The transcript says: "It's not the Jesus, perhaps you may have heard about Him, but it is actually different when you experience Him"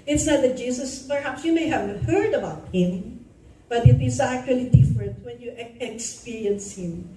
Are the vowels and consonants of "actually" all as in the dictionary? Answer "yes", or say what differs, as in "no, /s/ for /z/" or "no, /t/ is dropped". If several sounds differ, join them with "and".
yes